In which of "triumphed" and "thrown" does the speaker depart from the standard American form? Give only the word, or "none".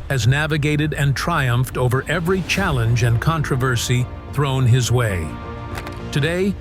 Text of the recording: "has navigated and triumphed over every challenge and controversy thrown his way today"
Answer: none